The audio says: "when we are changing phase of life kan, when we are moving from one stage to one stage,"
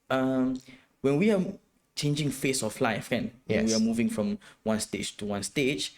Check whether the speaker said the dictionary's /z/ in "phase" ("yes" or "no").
no